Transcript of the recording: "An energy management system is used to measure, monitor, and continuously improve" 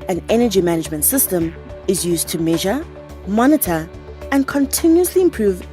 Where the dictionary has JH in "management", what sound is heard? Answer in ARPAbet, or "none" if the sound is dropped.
JH